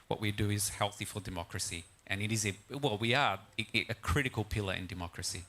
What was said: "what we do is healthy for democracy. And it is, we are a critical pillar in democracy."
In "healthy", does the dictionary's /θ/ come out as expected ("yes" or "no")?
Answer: yes